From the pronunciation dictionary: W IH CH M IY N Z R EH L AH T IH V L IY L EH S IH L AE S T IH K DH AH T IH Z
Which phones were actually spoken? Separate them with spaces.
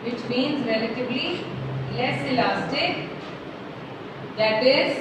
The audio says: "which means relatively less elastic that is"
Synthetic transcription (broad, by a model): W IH CH M IY N Z R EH L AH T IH B L IY L EH S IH L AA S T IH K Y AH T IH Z